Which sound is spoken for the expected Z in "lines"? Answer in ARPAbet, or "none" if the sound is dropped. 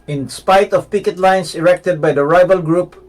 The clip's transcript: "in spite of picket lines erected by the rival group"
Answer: S